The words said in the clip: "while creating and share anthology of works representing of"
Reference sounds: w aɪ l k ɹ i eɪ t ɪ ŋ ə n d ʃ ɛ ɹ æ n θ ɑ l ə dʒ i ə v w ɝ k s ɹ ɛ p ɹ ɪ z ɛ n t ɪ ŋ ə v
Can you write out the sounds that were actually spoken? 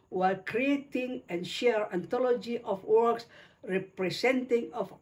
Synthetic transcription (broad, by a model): w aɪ l k ɹ i eɪ t ɪ ŋ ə n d ʃ ɛ ɹ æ n t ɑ l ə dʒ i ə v w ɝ k s ɹ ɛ p ɹ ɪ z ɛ n t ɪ ŋ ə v